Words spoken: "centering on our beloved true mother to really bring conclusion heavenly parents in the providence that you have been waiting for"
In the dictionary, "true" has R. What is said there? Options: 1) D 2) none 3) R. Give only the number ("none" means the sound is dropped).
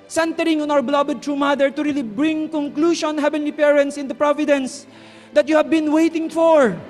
3